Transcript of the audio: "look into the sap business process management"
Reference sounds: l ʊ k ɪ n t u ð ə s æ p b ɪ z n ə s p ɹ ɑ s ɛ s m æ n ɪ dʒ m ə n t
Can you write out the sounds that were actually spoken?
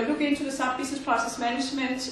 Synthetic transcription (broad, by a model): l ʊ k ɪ n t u ð ə s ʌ f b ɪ s n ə s p ɹ ɑ s ɛ s m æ n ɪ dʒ m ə n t